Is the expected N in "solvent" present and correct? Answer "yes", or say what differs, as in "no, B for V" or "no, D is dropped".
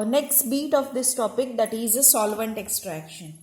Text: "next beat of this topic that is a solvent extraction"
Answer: yes